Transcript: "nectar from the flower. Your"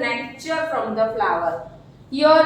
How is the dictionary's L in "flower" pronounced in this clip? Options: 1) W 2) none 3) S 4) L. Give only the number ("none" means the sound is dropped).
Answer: 4